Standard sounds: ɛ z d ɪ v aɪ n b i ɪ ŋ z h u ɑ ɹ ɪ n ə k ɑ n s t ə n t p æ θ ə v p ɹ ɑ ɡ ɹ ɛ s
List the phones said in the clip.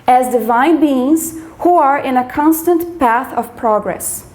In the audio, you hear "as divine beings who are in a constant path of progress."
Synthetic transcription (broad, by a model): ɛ z d ɪ v aɪ n b i ɪ ŋ z h u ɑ ɹ ɪ n ə k ɑ n s t ə n t p æ θ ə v p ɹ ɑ ɡ ɹ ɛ s